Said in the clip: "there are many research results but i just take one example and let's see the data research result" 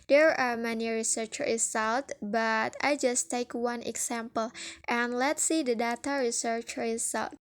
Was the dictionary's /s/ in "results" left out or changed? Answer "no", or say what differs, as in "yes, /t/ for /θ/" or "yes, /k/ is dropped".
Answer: yes, /s/ is dropped